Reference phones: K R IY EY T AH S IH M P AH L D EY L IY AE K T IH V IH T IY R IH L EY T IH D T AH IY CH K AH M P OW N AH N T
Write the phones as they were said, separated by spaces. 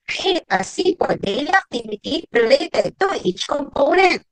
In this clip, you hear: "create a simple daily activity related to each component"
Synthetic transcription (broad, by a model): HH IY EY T AH S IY P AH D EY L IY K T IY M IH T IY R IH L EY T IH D T AH IY CH K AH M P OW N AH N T